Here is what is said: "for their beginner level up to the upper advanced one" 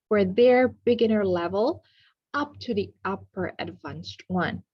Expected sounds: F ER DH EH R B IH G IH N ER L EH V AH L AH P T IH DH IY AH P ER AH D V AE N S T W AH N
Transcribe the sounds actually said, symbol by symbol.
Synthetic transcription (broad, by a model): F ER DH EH R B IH G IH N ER L EH V AH L AH P T IH DH IY AH P ER AH D V AE N S T W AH N